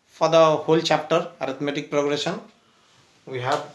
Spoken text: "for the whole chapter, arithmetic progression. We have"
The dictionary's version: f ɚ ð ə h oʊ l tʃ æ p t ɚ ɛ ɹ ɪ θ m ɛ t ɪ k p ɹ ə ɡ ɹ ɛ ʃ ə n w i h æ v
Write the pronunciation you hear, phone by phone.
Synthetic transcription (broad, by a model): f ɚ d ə h oʊ l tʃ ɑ p t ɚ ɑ ɹ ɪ t m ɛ t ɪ k p ɹ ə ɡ ɹ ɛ s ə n w i h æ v